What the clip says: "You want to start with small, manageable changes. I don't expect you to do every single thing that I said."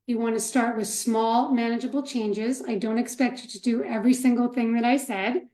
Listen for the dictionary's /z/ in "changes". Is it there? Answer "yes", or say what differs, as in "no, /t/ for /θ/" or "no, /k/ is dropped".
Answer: yes